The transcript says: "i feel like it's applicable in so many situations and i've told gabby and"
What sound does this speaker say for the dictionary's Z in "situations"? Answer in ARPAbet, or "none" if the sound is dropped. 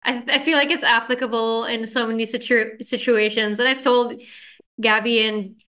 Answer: Z